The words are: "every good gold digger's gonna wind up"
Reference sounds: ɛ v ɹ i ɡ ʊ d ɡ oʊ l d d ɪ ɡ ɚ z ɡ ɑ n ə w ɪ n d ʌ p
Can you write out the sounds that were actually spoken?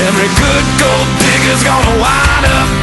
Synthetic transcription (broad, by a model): ɛ v ɹ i ɡ ʊ d ɡ oʊ l d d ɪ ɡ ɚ z ɡ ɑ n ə w ɪ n ʌ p